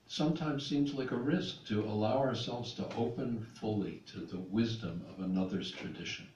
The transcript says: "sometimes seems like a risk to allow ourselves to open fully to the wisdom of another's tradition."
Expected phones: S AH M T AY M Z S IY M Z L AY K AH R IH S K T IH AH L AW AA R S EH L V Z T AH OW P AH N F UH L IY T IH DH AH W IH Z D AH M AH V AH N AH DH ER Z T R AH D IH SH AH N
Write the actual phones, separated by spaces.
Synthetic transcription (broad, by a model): S AH M T AY M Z S IY M Z L AY K AH R IH S K T IH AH L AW AA R S EH L V Z T AH OW P AH N F UH L IY T IH DH AH W IH Z D AH M AH V AH N AH DH ER Z T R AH D IH SH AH N